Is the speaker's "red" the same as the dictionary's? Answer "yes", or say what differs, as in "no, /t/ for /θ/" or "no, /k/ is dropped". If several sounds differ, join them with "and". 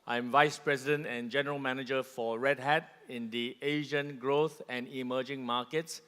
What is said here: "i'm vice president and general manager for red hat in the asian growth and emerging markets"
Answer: yes